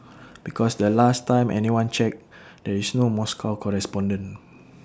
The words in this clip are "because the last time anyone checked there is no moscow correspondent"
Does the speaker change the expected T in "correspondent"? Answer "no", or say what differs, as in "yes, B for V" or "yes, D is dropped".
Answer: yes, T is dropped